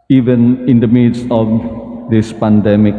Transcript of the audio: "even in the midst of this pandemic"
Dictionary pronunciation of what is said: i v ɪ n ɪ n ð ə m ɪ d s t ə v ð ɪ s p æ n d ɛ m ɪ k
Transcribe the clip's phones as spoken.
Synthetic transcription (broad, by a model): i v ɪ n ɪ n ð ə m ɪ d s ə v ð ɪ s p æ n d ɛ m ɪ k